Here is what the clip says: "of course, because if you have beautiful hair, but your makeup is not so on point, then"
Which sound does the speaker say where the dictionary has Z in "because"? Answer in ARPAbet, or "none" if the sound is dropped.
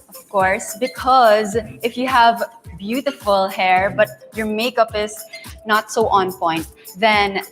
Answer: Z